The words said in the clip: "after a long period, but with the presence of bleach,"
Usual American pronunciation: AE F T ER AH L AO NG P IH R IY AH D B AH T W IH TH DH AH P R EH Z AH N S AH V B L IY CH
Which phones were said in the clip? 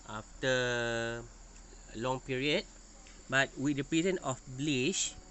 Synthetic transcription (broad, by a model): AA F T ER AH L AO NG P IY R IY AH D B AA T W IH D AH P R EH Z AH N AH F B L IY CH